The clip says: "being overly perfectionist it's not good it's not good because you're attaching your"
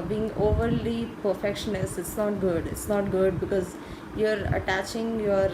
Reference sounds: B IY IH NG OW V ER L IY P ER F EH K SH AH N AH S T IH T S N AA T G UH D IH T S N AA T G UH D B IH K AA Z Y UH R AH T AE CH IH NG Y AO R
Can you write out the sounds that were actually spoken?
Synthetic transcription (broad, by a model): B IY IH NG OW V ER L IY P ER F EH K SH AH N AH S IH T S N AA T G UH D IH T S N AA T G UH D B IH K AA Z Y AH R AH T AE CH IH NG Y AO R